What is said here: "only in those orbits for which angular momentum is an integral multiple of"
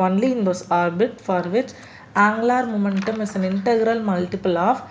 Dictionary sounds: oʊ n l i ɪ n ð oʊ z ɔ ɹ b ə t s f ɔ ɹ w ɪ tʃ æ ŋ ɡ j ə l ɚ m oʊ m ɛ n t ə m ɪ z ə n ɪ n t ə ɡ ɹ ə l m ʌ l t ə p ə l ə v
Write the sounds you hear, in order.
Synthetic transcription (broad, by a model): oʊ n l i ɪ n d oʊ s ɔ ɹ b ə t f ɔ ɹ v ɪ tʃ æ ŋ ɡ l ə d m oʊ m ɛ n t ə m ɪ s ə n ɪ n t ə ɡ ɹ ə l m ʌ l t ə p ə l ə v